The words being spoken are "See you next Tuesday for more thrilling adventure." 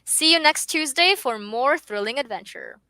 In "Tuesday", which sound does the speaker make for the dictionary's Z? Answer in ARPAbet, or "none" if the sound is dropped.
Z